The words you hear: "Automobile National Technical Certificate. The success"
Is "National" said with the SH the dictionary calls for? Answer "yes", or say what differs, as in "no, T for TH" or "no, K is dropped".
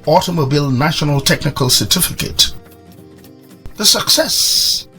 yes